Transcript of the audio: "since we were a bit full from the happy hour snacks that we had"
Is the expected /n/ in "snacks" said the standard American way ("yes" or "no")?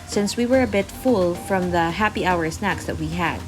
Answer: yes